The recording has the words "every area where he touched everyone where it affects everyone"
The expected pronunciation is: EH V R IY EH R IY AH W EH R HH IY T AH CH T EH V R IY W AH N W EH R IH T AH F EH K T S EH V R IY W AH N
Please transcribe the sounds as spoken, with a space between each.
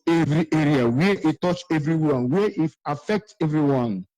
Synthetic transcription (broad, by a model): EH V R IY EH R IY AH W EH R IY T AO CH EH V R IY W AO N W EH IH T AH F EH K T EH V R IY W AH N